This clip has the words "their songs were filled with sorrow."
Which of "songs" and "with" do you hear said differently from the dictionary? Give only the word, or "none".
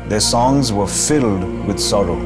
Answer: none